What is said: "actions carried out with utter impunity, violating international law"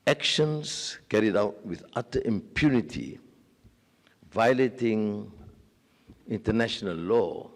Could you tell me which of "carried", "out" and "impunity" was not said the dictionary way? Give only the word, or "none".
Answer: none